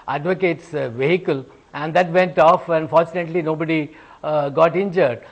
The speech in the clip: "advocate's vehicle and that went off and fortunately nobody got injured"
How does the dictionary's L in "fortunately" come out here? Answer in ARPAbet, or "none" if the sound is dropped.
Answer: L